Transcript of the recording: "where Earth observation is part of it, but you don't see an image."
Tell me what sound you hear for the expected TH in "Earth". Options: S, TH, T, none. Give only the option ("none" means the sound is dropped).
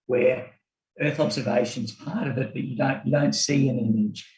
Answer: TH